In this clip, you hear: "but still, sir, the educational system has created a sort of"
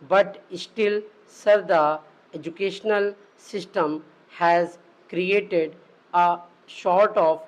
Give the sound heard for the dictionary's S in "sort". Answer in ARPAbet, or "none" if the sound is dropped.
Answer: SH